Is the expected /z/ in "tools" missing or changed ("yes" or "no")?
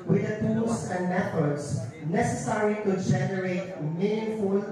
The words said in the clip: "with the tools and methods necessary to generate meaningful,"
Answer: yes